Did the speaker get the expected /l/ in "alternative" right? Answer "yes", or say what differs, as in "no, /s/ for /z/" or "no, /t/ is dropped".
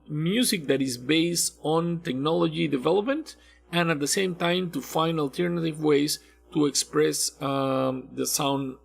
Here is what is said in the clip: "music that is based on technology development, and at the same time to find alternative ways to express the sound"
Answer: yes